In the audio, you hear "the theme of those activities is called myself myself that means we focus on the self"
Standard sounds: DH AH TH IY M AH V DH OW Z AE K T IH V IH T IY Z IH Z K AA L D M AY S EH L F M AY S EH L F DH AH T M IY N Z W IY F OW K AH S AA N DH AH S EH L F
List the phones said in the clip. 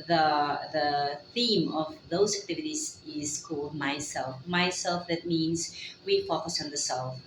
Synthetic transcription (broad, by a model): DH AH TH IY M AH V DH OW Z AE K T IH V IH T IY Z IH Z K AA L D M AY S EH L F M AY S EH L F DH AH T M IY N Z W IY F OW K AH S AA N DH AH S EH L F